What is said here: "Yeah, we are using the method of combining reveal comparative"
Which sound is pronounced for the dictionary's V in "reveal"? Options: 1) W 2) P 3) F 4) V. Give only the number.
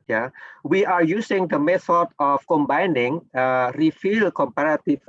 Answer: 3